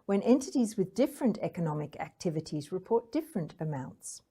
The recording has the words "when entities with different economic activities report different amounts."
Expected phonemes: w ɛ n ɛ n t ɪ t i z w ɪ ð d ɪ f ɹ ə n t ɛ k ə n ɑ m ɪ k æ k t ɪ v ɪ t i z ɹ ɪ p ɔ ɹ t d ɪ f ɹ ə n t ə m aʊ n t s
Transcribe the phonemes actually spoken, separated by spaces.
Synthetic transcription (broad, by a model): w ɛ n ɛ n t ɪ t i z w ɪ ð d ɪ f ɹ ə n t ɛ k ə n ɑ m ɪ k æ k t ɪ v ɪ t i z ɹ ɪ p ɔ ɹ t d ɪ f ɹ ə n t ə m aʊ n t s